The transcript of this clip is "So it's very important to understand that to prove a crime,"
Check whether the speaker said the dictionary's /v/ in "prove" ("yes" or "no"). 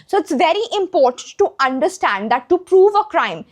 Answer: yes